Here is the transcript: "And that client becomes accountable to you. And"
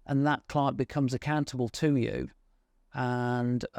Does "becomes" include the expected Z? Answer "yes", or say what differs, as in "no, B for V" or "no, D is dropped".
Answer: yes